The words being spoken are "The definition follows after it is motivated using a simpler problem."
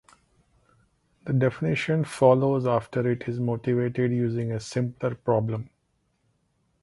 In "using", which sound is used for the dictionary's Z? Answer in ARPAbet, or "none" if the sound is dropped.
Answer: Z